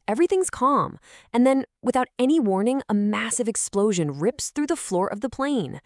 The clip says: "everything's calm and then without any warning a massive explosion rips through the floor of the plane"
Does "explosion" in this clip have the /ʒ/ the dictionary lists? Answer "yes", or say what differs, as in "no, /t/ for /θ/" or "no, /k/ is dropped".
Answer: yes